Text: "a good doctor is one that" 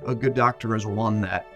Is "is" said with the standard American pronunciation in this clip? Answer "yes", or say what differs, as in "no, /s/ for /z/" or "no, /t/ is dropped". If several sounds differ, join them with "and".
yes